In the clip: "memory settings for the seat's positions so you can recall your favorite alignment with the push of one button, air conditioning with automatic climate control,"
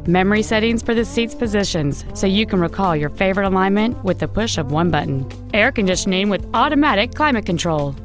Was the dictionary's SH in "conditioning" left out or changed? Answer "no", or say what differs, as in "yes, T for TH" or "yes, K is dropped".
yes, S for SH